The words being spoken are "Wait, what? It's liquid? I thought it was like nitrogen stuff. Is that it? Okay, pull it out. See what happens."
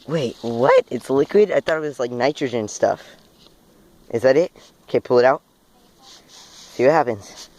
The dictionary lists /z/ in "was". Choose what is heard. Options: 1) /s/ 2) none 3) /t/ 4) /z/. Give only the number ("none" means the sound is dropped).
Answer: 1